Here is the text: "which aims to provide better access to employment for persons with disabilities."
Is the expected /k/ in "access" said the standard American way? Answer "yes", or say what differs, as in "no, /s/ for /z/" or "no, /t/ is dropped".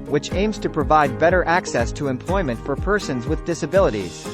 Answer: yes